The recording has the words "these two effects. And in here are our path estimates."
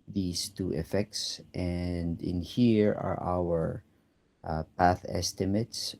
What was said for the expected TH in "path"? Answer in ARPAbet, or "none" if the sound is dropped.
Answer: TH